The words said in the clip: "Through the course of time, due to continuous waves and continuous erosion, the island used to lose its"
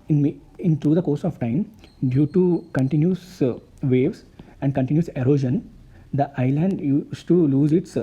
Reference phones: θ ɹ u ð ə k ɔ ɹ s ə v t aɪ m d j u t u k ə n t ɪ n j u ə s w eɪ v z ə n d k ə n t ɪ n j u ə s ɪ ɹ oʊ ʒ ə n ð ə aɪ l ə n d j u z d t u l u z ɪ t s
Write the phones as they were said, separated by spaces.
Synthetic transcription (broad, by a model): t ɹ u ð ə k ɔ ɹ s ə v t aɪ m d j u t u k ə n t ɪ n j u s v eɪ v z ə n d k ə n t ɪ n j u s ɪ ɹ oʊ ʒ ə n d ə aɪ l ə n d j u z t u l u z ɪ t s